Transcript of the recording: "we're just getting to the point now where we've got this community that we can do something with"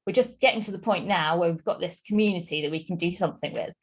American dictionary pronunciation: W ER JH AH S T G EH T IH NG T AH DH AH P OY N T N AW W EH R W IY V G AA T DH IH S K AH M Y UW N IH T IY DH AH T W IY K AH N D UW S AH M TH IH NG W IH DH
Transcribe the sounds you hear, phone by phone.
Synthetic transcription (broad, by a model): W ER JH AH S G EH T IH NG T AH DH AH P OY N N AW W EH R W IY V G AA T DH IH S K AH M Y UW N IH T IY DH AH T W IY K AH N D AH S AH M TH IH NG W IH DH